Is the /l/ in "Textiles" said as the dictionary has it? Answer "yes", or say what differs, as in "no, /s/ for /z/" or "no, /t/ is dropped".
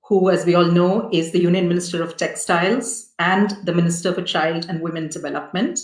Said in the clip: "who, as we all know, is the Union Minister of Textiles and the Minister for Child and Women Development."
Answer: yes